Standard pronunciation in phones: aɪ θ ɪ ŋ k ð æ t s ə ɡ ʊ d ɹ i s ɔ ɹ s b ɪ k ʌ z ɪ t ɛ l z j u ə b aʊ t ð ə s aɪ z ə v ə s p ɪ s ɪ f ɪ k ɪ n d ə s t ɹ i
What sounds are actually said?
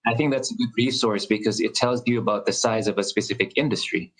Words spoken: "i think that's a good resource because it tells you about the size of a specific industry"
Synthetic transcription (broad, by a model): aɪ θ ɪ ŋ k ð æ t s ə ɡ ʊ d ɹ i s ɔ ɹ s b ɪ k ʌ z ɪ t ɛ l z j ə b aʊ t ð ə s aɪ z ə v ə s p ɪ s ɪ f ɪ k ɪ n d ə s t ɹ i